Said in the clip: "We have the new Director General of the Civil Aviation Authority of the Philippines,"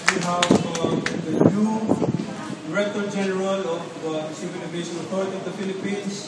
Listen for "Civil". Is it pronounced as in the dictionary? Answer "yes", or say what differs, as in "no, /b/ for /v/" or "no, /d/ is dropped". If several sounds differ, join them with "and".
no, /n/ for /l/